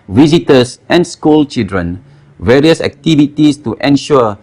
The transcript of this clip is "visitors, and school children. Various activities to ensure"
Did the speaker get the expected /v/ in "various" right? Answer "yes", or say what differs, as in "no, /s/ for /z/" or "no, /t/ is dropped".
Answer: yes